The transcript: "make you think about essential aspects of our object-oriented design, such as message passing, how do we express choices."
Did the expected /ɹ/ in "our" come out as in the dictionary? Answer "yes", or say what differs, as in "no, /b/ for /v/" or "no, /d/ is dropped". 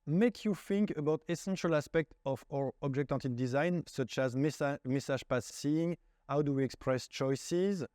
yes